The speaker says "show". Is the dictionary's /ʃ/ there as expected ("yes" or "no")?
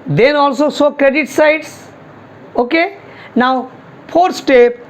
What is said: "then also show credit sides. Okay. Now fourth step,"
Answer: no